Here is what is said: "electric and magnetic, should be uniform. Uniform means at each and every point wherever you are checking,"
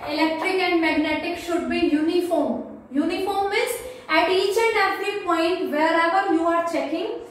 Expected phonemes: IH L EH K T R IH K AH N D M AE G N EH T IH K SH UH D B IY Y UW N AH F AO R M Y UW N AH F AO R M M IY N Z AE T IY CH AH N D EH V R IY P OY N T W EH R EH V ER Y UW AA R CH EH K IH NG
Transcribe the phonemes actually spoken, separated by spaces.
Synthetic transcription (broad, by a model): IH L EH K T R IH K AH N D M AE G N EH T IH K SH UH D B IY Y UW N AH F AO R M Y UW N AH F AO R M M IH Z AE T IY CH AH N D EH F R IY P OY N T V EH R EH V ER Y UW AA R CH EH K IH NG